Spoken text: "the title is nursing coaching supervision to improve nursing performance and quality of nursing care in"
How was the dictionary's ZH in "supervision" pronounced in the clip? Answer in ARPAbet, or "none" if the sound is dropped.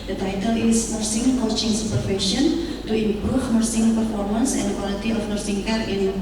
S